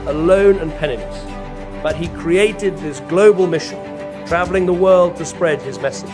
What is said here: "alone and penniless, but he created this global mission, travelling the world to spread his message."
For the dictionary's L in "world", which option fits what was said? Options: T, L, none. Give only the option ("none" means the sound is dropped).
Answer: L